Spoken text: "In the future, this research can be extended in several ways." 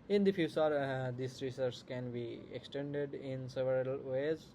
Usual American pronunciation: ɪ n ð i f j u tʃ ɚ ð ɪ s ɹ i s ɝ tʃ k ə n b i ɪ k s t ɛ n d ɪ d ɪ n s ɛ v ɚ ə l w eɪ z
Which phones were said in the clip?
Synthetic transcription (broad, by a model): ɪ n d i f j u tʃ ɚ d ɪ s ɹ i s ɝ s k ə n b i ɪ k s t ɛ n d ɪ d ɪ n s ɛ v ɚ ə l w eɪ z